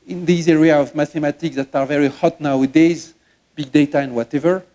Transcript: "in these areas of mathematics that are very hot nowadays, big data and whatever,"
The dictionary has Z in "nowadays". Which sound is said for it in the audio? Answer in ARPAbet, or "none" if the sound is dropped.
Z